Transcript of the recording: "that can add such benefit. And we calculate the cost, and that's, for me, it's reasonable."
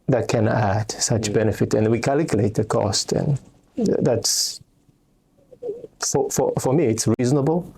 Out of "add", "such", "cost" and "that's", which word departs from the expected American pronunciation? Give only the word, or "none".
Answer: none